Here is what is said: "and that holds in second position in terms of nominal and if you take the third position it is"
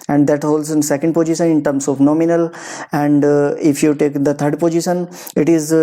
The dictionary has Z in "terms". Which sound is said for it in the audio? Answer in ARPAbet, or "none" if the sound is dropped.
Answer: S